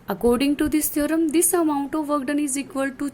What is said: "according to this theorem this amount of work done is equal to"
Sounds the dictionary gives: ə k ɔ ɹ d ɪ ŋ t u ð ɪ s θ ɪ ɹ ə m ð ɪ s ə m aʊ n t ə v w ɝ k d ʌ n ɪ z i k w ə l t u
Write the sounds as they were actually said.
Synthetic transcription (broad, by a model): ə k ɔ ɹ d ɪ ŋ t u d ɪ s t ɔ ɹ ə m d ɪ s ə m aʊ n t ə v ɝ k d ʌ n ɪ z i k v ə l t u